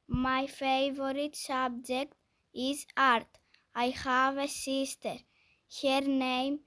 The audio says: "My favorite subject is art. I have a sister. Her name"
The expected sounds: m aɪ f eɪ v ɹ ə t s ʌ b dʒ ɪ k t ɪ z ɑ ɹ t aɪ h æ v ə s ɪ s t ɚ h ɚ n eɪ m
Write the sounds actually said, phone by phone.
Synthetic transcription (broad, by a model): m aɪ f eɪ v ɹ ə t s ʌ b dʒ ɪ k t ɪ s ɑ ɹ t aɪ h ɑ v ə s ɪ s t ɚ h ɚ n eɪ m